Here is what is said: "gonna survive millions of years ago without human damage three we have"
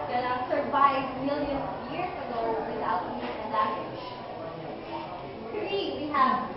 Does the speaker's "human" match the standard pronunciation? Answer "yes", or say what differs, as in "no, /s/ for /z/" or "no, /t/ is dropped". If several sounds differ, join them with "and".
no, /m/ is dropped